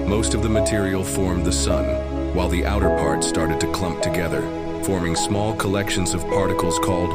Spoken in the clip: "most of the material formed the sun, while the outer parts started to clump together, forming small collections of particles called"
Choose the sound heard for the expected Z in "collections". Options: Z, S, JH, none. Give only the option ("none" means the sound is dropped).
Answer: Z